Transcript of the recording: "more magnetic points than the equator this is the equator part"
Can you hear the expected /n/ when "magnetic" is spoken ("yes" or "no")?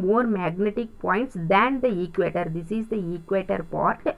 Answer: yes